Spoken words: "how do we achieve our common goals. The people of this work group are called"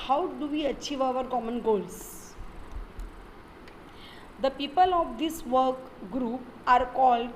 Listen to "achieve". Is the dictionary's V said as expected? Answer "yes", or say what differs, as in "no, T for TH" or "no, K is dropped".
yes